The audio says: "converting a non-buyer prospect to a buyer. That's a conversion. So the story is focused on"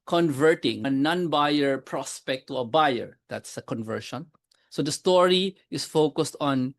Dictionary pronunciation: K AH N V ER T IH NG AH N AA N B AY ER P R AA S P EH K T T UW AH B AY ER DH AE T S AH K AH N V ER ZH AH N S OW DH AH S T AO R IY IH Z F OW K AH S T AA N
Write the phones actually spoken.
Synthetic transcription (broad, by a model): K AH N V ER T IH NG AH N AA N B AY ER P R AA S P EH K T T UW AH B AY ER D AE T S AH K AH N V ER SH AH N S OW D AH S T AO R IY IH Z F OW K AH S T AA N